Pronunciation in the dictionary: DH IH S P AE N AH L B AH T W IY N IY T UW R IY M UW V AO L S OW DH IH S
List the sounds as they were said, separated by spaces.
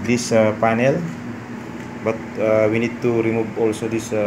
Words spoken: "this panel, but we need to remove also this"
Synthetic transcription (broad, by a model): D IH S P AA N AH L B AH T W IY N IY T UW R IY M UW B AO L S OW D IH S